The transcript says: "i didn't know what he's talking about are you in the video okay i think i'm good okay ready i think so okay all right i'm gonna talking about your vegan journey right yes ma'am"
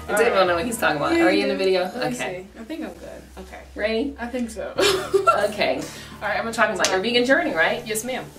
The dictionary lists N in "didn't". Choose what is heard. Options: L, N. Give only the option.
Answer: L